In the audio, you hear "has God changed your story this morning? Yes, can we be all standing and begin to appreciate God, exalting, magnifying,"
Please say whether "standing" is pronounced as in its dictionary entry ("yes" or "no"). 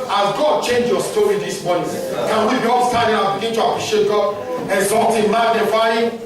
no